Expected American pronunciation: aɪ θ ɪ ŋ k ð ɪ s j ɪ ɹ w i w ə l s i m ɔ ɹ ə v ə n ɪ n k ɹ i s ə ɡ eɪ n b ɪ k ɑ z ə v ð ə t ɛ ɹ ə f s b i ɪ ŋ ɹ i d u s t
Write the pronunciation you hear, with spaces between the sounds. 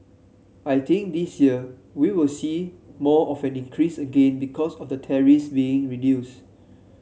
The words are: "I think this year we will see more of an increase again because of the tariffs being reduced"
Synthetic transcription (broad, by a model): aɪ t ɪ ŋ k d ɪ s j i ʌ w i w ə l s i m ɔ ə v ə n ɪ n k ɹ i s ə ɡ eɪ n b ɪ k ɑ s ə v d ə t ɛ ɹ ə s b i ɪ ŋ ɹ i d u s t